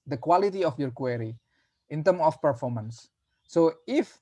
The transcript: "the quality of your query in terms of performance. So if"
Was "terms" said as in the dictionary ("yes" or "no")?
no